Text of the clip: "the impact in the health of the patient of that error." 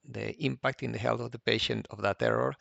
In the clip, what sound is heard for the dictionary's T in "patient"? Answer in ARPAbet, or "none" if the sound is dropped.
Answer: T